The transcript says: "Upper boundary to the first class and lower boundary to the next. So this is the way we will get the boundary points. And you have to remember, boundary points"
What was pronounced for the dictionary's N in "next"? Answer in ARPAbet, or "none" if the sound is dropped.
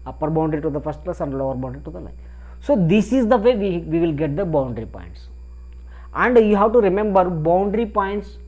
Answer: L